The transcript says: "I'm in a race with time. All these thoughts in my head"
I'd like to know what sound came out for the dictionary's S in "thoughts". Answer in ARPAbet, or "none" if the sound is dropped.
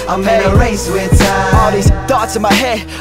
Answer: none